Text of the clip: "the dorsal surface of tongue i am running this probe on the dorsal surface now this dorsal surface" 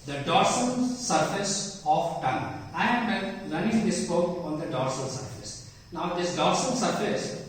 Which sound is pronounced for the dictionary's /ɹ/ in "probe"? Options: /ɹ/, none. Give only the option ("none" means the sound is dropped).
none